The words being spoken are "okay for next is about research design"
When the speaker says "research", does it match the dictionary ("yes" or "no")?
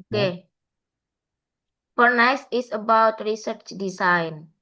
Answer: yes